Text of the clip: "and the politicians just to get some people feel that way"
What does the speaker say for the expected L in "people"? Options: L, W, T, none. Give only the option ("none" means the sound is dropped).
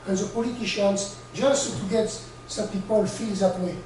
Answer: L